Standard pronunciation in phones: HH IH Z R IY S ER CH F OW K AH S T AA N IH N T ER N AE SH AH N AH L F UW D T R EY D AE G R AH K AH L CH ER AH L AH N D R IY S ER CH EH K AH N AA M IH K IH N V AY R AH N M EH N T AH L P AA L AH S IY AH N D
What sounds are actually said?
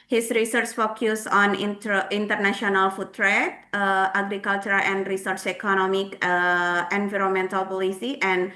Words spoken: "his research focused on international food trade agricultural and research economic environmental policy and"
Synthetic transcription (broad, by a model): HH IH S R IY S ER CH F OW K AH S AA N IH N T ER N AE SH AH N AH L F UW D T R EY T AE G R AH K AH L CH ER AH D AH N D R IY S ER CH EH K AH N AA M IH K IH N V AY R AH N M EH N T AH L P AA L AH S IY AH N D